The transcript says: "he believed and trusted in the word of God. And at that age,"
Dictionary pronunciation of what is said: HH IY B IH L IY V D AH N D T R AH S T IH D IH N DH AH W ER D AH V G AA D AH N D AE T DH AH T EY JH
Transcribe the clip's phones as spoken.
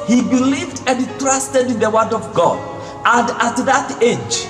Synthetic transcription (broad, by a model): HH IY B IH L IY V D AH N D T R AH S T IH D IH N DH AH W ER D AH V G AA D AH N D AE T DH AH T EY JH